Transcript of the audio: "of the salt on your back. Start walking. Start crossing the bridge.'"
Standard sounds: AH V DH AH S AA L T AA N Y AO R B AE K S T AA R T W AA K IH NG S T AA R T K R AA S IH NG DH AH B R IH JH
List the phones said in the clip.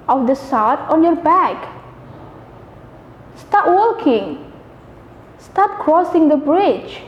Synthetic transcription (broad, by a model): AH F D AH S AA W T AA N Y AO R B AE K S T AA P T W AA K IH NG S T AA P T K R AA S IH NG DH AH B R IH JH